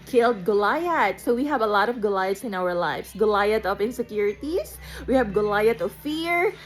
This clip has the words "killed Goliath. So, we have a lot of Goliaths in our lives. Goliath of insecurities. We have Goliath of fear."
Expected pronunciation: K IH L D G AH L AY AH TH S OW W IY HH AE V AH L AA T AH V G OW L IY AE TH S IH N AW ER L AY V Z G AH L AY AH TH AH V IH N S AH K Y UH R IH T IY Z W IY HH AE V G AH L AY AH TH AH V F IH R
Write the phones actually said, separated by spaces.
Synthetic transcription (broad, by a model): K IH L D G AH L AY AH T S OW W IY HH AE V AH L AA T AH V G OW L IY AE T S IH N AW ER L AY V S G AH L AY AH T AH P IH N S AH K Y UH R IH T IY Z W IY HH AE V G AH L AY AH T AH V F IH R